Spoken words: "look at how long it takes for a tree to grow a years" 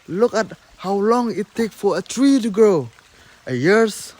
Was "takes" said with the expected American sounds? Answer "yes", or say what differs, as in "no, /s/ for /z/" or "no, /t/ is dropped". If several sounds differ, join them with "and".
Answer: no, /s/ is dropped